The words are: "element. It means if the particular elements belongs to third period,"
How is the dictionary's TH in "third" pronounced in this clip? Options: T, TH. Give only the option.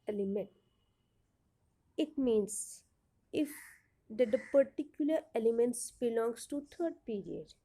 T